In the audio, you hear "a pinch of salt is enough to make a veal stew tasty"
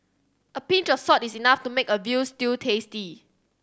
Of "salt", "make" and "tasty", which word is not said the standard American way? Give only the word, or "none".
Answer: salt